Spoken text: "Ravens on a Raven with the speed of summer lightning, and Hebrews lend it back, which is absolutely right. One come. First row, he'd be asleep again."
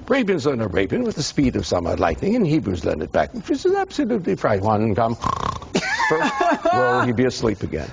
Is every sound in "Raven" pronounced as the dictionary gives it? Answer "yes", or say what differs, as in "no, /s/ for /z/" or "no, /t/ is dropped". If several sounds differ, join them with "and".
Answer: no, /b/ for /v/